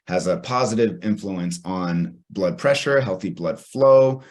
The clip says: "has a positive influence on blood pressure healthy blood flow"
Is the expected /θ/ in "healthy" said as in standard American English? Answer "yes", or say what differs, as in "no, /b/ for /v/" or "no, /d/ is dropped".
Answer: yes